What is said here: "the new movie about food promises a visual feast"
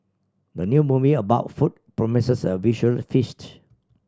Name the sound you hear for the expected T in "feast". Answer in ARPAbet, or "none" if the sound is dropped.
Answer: T